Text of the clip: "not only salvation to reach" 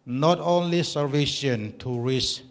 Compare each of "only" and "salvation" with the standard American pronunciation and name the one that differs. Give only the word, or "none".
salvation